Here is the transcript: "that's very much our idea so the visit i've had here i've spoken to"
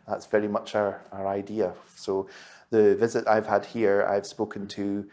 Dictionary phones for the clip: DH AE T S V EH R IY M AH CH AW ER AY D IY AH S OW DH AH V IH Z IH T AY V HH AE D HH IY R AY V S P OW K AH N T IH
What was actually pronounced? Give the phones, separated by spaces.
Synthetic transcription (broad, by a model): DH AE T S V EH R IY M AH CH AW ER AY D IY AH S OW DH AH V IH Z IH T AY V HH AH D HH IY R AY V S P OW K AH N T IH